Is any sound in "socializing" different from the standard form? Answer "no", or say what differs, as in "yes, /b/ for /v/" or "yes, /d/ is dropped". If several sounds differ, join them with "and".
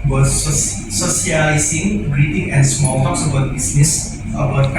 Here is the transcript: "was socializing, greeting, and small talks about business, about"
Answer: yes, /s/ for /ʃ/